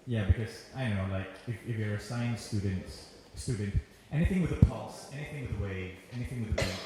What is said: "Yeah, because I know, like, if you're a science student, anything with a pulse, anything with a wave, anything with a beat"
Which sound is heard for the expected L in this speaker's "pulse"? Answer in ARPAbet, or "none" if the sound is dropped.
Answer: L